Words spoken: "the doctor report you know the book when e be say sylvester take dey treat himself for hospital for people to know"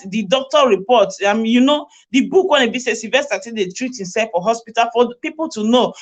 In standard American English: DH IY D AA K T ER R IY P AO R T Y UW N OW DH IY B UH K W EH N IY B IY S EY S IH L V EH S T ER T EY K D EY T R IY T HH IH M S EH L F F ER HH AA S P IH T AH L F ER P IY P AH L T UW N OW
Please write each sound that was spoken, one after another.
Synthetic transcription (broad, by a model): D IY D AA K T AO R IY P AO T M Y UW N OW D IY B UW K W EH N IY B IY S EY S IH V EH S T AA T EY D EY T R IY T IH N S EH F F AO HH AA S P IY T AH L F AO P IY P AH L T UW N OW